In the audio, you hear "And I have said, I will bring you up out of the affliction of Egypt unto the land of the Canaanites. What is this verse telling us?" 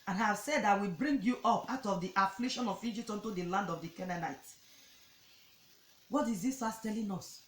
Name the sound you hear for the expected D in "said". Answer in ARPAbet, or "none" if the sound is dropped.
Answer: D